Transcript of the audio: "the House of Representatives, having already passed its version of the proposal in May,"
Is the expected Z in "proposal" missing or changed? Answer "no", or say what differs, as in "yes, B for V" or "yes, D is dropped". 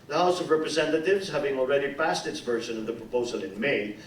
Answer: no